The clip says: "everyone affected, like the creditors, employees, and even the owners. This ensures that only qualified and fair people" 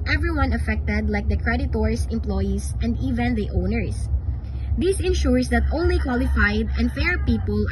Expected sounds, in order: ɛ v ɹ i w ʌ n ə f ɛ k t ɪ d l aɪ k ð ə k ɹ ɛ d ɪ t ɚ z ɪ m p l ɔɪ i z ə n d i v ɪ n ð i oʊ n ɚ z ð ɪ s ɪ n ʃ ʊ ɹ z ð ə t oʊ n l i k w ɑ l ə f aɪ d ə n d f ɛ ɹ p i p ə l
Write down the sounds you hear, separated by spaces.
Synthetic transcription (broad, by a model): ɛ v ɹ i w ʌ n ə f ɛ k t ɪ d l aɪ k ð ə k ɹ ɛ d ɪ t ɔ s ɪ m p l ɔɪ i s ə n d i v ɪ n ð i oʊ n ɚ s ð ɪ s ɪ n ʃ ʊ ɹ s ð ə t oʊ n l i k w ɑ l ə f aɪ d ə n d f ɛ ɹ p i p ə l